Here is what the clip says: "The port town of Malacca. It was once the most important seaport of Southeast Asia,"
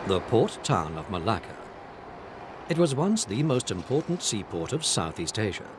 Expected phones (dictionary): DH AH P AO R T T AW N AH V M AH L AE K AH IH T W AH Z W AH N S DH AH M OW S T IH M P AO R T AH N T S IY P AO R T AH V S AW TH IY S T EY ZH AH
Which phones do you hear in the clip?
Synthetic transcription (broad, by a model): DH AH P AO R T T AW N AH V M AH L AE K AH IH T W AH Z W AH N S DH AH M OW S T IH M P AO R T N T S IY P AO R T AH V S AW TH IY S T EY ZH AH